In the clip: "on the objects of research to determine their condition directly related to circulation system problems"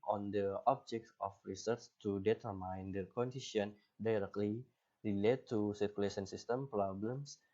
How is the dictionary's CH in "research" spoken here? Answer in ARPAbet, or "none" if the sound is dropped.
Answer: S